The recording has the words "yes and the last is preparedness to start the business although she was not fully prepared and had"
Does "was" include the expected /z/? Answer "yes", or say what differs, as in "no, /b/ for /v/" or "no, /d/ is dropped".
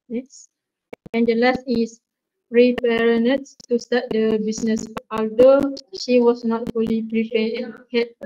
no, /s/ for /z/